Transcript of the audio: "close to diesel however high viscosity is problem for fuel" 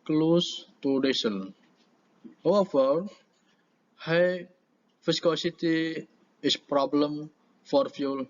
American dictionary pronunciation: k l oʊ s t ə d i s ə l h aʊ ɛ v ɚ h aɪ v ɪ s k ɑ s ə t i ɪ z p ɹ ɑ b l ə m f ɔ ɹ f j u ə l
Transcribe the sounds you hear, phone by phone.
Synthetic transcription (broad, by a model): k l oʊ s t ə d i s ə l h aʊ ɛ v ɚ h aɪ f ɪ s k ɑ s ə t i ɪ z p ɹ ɑ b l ə m f ɔ ɹ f j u l